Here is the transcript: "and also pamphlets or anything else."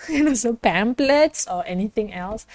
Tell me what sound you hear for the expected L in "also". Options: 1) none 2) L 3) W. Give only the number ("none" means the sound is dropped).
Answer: 1